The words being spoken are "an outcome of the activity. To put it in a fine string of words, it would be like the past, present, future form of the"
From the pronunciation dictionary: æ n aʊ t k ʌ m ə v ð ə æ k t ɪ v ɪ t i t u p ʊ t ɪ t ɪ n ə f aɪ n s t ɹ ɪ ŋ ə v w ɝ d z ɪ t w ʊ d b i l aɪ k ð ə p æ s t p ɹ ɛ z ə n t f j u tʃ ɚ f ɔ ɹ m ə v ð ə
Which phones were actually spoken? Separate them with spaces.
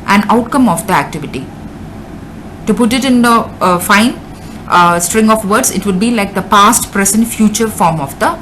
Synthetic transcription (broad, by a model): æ n aʊ t k ʌ m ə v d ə æ k t ɪ v ɪ t i t u p ʊ t ɪ t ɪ n ə f aɪ n s t ɹ ɪ ŋ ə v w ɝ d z ɪ t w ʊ d b i l aɪ k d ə p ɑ s t p ɹ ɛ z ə n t f j u tʃ ɚ f ɔ ɹ m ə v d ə